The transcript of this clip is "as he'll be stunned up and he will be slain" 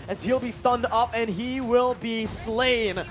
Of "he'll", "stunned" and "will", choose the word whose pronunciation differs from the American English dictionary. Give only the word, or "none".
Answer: none